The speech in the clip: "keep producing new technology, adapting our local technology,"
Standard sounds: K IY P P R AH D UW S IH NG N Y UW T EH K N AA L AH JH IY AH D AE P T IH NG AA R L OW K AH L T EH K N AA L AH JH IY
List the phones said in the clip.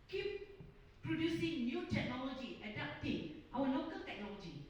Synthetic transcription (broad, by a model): K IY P P R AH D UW S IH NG N Y UW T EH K N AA L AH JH IY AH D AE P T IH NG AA W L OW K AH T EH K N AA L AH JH IY